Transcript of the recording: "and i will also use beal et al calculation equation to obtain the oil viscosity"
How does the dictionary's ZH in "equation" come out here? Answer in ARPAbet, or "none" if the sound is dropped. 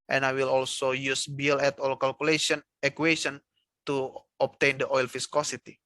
S